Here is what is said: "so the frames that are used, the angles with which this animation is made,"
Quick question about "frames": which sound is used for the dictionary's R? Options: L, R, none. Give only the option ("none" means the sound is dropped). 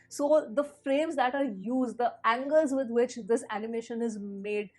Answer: R